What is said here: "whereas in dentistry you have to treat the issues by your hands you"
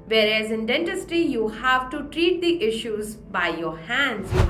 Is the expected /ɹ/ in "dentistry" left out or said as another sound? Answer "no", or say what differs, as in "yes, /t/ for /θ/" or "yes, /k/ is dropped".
yes, /ɹ/ is dropped